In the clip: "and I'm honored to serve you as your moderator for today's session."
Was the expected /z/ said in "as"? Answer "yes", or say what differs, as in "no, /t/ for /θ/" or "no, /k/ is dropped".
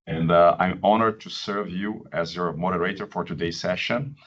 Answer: yes